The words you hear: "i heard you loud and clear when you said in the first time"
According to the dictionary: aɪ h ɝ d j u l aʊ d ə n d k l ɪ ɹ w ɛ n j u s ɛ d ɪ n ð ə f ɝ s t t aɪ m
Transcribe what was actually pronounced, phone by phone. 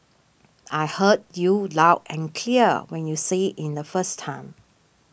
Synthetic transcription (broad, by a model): aɪ h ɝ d j u l aʊ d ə n k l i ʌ w ɛ n j u s ɛ ɪ n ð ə f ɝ s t t aɪ m